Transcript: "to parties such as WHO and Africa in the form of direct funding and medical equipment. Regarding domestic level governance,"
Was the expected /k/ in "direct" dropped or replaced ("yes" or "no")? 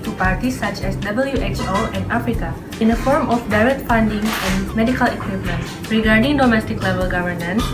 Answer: yes